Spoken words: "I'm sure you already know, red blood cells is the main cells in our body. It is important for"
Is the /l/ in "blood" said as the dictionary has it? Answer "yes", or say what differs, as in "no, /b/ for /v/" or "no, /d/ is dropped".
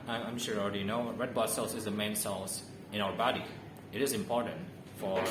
no, /l/ is dropped